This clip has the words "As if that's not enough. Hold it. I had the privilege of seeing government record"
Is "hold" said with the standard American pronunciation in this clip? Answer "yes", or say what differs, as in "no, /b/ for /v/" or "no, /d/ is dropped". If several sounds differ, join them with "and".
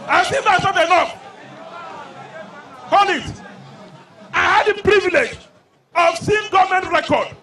no, /d/ is dropped